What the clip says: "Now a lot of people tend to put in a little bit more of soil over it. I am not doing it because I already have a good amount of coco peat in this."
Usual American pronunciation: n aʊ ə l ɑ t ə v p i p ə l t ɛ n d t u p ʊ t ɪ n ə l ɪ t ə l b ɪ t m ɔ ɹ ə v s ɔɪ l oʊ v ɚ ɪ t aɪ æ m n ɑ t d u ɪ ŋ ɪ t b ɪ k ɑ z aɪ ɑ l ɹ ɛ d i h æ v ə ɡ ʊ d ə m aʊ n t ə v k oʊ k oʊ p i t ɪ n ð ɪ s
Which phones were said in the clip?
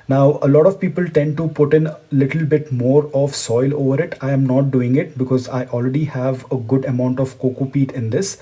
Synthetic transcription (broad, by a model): n aʊ ə l ɑ t ə v p i p ə l t ɛ n d t u p ʊ t ɪ n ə l ɪ t ə l b ɪ t m ɔ ɹ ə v s ɔɪ l oʊ v ɚ ɪ t aɪ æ m n ɑ t d u ɪ ŋ ɪ t b ɪ k ɑ z aɪ ɑ l ɹ ɛ d i h æ v ə ɡ ʊ d ə m aʊ n t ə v k oʊ k oʊ p i t ɪ n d ɪ s